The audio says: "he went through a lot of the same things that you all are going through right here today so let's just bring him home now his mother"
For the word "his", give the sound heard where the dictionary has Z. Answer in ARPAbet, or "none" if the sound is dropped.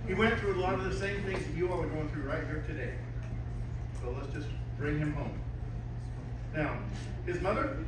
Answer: Z